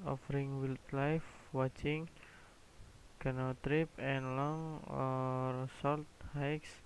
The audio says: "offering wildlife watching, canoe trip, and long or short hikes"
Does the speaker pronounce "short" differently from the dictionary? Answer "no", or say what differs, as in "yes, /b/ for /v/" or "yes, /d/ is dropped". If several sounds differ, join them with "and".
yes, /s/ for /ʃ/ and /l/ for /ɹ/